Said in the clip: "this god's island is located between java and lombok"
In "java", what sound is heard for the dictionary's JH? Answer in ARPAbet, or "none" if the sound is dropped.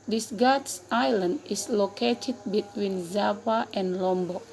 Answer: Z